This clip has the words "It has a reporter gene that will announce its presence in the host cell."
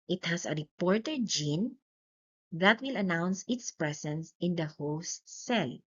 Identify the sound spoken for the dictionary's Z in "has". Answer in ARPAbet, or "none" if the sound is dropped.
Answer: S